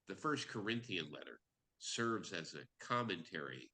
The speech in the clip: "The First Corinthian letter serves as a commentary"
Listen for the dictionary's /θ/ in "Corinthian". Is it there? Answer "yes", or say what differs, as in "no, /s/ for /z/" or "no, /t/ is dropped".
yes